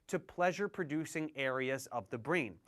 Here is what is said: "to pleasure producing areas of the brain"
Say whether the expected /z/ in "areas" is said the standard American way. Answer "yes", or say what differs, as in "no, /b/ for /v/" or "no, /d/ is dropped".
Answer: yes